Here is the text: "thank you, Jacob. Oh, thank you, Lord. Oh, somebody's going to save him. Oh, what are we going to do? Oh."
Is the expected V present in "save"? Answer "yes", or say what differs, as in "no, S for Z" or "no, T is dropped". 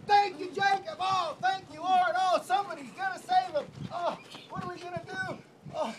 yes